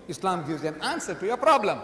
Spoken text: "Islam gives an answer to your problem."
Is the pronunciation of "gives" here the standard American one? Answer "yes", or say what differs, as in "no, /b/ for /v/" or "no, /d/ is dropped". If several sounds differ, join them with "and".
no, /v/ is dropped